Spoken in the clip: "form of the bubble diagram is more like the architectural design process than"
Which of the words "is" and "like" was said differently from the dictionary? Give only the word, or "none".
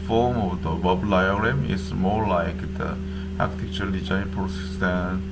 is